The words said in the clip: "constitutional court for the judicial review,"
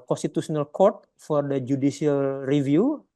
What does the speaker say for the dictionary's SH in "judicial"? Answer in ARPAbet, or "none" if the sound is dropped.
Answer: S